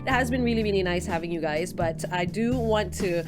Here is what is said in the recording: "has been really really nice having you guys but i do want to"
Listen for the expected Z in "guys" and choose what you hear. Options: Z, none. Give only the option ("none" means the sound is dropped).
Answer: Z